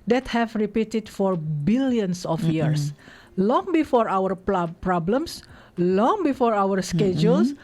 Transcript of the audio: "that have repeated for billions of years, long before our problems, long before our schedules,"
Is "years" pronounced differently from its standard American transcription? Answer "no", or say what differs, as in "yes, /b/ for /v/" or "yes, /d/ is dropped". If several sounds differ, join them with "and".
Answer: yes, /s/ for /z/